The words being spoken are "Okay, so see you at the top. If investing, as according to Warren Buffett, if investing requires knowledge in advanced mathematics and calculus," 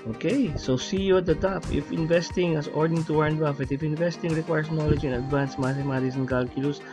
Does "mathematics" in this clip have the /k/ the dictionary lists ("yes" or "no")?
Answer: no